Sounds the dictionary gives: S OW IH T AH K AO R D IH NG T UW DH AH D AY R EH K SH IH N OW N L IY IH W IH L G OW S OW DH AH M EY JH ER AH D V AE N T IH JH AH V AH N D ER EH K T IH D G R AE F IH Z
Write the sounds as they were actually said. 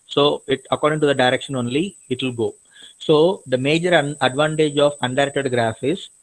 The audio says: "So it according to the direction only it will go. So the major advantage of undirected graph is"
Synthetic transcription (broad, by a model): S OW IH T AH K AO R D IH NG T UW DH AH D AY R EH K SH IH N OW N L IY IH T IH L G OW S OW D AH M EY JH ER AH D V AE N T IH JH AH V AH N D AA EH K T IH D G R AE F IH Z